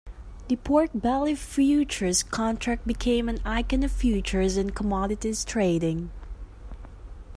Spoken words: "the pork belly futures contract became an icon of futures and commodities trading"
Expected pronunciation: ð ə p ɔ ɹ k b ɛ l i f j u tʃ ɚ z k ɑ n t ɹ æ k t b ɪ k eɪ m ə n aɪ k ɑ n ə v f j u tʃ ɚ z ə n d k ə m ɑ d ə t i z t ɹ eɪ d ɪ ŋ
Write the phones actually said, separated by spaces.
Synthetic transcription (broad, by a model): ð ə p ɔ ɹ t b ɛ l i f j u tʃ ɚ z k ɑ n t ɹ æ k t b ɪ k eɪ m ə n aɪ k ɑ n ə v f j u tʃ ɚ z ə n k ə m ɑ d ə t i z t ɹ eɪ d ɪ ŋ